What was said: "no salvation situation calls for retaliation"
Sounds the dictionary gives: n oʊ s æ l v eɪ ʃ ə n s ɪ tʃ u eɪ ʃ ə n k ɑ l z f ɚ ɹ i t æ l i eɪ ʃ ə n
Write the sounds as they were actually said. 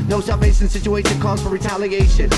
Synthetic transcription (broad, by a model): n oʊ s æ v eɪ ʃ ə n s ɪ tʃ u eɪ ə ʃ k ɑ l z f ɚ ɹ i t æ l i eɪ ʃ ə n